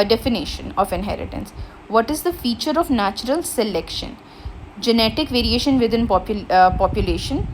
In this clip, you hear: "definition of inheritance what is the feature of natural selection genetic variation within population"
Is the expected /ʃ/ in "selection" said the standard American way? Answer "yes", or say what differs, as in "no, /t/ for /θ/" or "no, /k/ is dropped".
yes